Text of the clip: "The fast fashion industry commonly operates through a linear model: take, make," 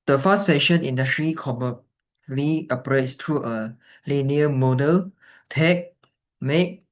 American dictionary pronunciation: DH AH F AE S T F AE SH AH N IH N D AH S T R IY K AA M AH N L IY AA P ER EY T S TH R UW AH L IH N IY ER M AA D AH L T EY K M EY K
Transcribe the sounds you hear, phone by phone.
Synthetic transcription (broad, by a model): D AH F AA S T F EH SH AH N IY N D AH S T R IY K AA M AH L IY AA P ER EY T S T R UW AH L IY N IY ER M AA D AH L T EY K M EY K